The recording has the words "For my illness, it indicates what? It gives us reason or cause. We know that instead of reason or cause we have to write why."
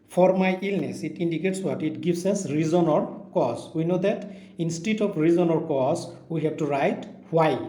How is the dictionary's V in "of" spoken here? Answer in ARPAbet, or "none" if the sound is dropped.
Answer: P